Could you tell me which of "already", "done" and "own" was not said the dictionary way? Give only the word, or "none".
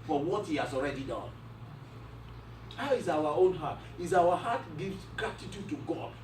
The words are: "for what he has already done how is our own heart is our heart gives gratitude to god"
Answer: none